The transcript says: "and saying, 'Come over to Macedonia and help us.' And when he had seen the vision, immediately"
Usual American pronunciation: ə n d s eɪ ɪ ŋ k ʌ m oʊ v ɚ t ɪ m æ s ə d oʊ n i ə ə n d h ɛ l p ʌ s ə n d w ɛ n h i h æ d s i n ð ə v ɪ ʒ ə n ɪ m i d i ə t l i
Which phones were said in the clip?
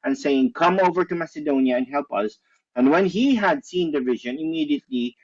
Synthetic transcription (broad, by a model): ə n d s eɪ ɪ ŋ k ʌ m oʊ v ɚ t ɪ m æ s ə d oʊ n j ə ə n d h ɛ l p ʌ s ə n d w ɛ n h i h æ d s i n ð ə v ɪ ʒ ə n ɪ m i d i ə t l i